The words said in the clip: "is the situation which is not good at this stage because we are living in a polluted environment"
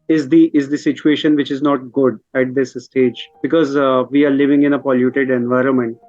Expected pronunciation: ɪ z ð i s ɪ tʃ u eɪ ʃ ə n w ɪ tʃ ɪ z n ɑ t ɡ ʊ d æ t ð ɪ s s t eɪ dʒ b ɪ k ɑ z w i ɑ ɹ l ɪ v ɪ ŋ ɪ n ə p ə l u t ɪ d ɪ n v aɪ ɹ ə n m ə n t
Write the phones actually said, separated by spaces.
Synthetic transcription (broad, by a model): ɪ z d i s ɪ tʃ u eɪ ʃ ə n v ɪ tʃ ɪ z n ɑ t ɡ ʊ d æ t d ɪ s s t eɪ dʒ b ɪ k ɑ z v i ɑ ɹ l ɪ v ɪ ŋ ɪ n ə p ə l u t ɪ d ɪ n v aɪ ɹ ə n m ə n t